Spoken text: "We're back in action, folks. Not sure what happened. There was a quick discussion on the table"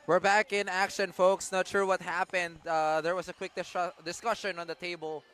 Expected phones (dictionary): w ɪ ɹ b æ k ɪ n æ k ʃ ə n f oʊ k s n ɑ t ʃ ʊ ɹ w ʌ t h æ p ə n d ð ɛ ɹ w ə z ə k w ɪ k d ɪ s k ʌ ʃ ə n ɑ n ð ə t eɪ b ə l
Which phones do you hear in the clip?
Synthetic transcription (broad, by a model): w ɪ ɹ b æ k ɪ n æ k ʃ ə n f oʊ k s n ɑ t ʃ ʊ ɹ w ʌ t h æ p ə n d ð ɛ ɹ w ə s ə k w ɪ k d ɪ s k ʌ ʃ ə n ɑ n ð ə t eɪ b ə l